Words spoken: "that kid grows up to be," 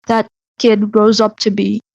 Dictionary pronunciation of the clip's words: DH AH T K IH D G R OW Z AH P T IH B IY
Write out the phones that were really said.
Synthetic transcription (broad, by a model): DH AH T K IH D G R OW Z AH P T IH B IY